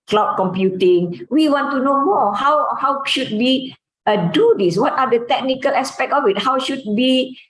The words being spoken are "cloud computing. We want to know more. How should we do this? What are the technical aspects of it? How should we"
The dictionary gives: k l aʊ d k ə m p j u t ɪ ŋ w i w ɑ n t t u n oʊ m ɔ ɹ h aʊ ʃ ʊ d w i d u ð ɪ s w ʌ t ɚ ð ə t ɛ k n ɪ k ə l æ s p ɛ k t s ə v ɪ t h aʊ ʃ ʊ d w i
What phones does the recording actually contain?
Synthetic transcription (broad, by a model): k l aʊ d k ə m p j u t ɪ ŋ w i w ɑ n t t u n oʊ m ɔ w h aʊ ʃ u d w i d u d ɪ s w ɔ t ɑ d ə t ɛ k n ɪ k ə l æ s p ɛ k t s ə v ɪ t h aʊ ʃ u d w i